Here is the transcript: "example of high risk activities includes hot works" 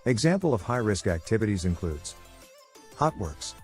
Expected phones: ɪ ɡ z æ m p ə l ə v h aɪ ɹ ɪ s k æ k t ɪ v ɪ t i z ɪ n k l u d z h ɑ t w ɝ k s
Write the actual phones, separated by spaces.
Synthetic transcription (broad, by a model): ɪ ɡ z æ m p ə l ə v h aɪ ɹ ɪ s k æ k t ɪ v ɪ t i z ɪ n k l u d z h ɑ t w ɝ k s